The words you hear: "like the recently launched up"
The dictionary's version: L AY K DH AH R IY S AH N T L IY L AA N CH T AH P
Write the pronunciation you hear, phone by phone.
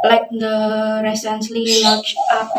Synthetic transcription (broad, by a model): L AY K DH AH R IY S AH N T L IY W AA CH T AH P